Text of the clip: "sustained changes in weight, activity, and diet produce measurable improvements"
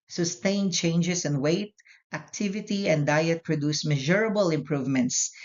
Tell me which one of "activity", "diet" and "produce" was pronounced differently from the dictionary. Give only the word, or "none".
none